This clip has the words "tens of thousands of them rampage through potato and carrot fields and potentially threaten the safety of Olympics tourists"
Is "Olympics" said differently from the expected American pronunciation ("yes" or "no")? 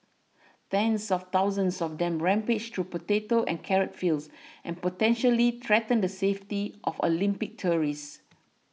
yes